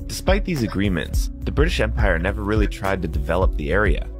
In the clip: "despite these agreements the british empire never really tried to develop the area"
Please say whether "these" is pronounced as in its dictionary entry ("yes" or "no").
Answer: yes